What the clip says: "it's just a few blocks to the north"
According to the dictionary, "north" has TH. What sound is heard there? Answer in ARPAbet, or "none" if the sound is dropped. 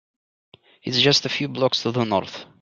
TH